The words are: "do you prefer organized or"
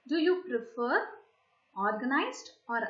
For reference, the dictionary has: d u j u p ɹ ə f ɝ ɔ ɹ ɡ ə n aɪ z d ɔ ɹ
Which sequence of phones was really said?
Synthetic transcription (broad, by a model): d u j u p ɹ ə f ɝ ɔ ɹ ɡ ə n aɪ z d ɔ ɹ